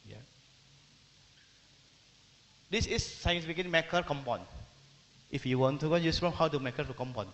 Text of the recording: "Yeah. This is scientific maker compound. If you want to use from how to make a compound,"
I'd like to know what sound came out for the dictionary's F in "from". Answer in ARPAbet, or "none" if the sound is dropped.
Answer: P